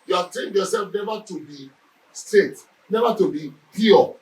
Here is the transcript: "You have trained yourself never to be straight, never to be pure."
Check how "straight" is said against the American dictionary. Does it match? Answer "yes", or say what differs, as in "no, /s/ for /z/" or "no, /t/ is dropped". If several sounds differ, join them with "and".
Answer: no, /ɹ/ is dropped